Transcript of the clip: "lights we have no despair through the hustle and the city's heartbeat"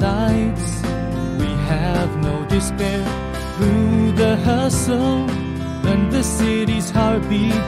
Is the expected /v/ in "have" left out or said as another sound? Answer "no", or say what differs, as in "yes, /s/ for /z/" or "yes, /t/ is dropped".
no